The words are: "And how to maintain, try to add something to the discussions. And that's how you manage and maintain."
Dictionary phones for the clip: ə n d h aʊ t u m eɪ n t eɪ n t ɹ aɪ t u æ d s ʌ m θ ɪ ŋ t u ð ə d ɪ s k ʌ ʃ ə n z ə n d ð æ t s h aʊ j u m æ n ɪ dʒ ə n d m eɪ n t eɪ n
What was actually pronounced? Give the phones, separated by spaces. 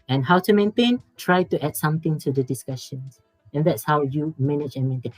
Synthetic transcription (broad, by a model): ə n h aʊ t u m eɪ n t eɪ n t ɹ aɪ t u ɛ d s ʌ m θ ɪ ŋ t u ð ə d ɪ s k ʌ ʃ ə n s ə n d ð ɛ t s h aʊ j u m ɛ n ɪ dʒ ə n m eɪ n t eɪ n